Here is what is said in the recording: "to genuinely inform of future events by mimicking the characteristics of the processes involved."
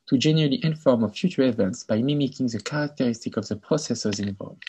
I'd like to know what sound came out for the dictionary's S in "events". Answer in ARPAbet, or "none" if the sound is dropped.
S